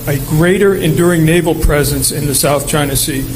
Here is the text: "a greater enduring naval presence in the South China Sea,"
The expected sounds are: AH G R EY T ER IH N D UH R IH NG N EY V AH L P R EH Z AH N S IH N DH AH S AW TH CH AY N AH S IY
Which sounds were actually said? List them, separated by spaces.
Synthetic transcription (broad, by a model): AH G R EY T ER IH N D UH R IH NG N EY V L P R EH Z AH N S IH N DH AH S AW TH CH AY N AH S IY